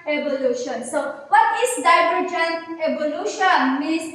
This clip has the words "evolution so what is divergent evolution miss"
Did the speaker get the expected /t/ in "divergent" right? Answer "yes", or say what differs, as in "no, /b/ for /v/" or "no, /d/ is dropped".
no, /t/ is dropped